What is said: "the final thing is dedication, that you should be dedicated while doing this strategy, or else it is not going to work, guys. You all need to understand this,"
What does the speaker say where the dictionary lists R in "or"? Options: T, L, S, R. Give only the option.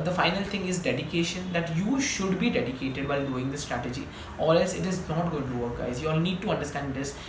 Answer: L